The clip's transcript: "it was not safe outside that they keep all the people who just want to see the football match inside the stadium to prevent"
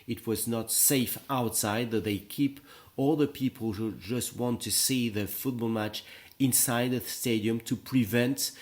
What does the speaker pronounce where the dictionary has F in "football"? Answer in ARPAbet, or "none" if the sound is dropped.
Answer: F